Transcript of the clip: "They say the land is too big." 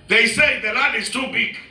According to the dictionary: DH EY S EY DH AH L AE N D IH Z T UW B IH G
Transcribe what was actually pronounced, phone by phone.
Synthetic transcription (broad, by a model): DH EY S EY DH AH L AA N IH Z T UW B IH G